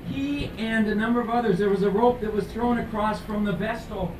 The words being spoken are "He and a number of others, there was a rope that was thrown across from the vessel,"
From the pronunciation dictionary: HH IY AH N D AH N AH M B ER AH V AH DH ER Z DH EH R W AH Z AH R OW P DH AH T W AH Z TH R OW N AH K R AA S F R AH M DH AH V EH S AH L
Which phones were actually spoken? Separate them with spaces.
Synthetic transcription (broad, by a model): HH IY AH N AH N AH M B ER AH V AH DH ER Z DH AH R W AH Z AH R OW P DH AH T W AH Z TH R OW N AH K R AA S F R AH M DH AH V EH S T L